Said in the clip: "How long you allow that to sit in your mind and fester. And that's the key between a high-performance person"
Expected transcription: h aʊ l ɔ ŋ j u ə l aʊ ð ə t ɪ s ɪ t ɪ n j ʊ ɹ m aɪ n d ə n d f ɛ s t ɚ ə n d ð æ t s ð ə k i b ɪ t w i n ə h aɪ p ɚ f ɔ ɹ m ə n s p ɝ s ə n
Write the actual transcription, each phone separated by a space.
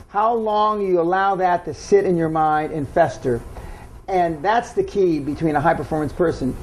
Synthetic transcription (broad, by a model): h aʊ l ɔ ŋ j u ə l aʊ ð ə t ɪ s ɪ t ɪ n j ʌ ɹ m aɪ n d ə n f ɛ s t ɚ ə n ð æ t s ð ə k i b ɪ t w i n ə h aɪ p ɚ f ɔ ɹ m ə n s p ɝ s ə n